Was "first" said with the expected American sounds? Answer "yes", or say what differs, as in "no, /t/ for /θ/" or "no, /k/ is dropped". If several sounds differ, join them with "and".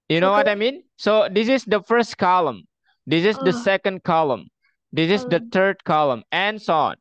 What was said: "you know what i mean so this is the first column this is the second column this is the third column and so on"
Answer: yes